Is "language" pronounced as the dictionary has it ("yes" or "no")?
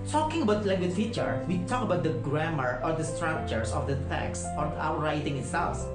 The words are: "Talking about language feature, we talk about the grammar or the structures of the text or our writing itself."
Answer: no